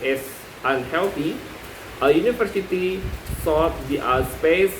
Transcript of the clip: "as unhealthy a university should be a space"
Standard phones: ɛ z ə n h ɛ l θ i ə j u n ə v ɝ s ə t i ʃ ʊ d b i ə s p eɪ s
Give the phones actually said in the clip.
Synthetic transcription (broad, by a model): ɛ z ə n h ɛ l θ i ə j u n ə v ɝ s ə t i s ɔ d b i ə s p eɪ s